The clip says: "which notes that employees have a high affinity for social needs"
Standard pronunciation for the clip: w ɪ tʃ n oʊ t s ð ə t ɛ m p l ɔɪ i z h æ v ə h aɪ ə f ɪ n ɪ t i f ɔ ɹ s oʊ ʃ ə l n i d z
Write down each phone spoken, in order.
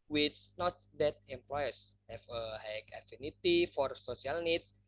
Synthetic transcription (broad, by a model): w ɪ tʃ n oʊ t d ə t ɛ m p l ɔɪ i s h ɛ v ə h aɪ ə f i n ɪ t i f ɔ ɹ s oʊ s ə l n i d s